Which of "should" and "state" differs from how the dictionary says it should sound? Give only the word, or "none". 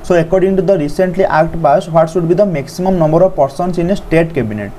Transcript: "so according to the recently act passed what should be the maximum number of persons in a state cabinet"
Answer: should